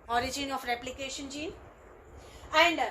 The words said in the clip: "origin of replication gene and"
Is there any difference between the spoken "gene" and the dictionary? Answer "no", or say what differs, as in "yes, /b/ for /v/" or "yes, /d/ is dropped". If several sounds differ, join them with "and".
yes, /n/ is dropped